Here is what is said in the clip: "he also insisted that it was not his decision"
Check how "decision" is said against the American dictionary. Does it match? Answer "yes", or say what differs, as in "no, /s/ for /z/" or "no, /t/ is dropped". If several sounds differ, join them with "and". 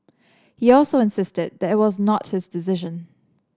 yes